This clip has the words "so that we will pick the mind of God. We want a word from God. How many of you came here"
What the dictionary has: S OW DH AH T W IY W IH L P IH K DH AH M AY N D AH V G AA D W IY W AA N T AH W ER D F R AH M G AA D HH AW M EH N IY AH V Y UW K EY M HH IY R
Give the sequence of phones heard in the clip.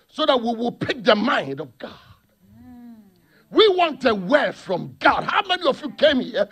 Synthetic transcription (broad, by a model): S OW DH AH T W IY W IH L P IH K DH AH M AY N D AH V G AA D W IY W AA N T AH W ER F R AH M G AA D HH AW M EH N IY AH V Y UW K EY M HH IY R